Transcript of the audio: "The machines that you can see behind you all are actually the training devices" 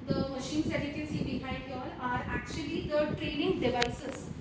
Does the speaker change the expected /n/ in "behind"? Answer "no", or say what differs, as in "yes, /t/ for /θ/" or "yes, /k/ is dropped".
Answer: yes, /n/ is dropped